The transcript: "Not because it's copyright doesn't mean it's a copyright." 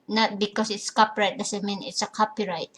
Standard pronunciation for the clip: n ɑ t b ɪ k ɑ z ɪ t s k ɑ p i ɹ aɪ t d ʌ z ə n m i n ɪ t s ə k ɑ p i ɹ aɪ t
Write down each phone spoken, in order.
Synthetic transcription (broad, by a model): n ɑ t b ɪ k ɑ s ɪ t s k ɑ p i ɹ aɪ t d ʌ s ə m i n ɪ t s ə k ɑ p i ɹ aɪ t